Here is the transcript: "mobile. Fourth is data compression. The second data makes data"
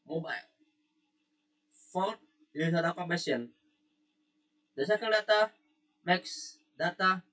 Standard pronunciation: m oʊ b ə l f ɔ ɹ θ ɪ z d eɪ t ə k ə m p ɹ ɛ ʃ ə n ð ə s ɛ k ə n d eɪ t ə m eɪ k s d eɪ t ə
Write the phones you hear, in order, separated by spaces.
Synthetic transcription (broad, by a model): m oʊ b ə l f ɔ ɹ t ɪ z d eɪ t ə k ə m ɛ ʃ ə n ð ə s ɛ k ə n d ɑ t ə m eɪ k s d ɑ t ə